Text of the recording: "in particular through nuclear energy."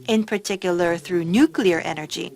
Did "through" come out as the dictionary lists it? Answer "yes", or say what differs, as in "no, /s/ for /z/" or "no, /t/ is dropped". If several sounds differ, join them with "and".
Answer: yes